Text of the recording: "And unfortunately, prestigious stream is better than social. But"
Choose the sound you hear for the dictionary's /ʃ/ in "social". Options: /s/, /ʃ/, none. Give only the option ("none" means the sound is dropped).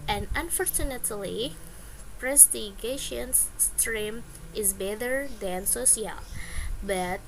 /s/